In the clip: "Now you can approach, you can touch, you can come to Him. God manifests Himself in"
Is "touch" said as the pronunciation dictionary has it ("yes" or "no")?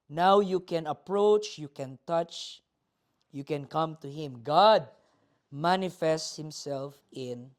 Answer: yes